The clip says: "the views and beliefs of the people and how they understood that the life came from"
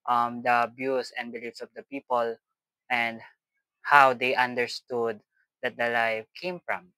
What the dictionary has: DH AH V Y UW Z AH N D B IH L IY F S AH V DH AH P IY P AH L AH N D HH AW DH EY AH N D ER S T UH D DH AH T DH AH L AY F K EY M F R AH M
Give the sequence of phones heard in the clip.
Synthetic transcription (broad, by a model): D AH B Y UW S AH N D B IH L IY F S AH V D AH P IY P AH L AH N D HH AW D EY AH N D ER S T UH D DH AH T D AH L AY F K EY M F R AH M